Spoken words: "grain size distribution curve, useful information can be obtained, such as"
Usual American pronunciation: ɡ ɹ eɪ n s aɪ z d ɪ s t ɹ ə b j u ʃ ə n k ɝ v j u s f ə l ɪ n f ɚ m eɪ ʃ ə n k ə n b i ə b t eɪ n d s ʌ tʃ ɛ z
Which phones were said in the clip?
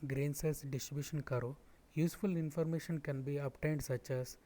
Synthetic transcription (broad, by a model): ɡ ɹ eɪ n s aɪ s d ɪ s t ɹ ə b j u ʃ ə n k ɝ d j u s f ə l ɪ n f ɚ m eɪ ʃ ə n k ə n b i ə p t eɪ n d s ʌ tʃ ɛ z